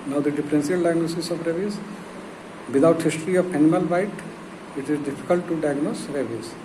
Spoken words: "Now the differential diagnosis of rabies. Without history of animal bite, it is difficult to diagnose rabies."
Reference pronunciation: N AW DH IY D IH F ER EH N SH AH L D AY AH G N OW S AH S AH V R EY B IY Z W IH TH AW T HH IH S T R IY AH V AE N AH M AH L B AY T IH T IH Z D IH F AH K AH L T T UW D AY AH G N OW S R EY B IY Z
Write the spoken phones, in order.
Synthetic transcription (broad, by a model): N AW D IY D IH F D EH N S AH L D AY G N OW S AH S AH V R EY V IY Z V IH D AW T HH IH S T R IY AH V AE N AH M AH L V AY T IH T IH Z D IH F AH K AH L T T UW D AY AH G N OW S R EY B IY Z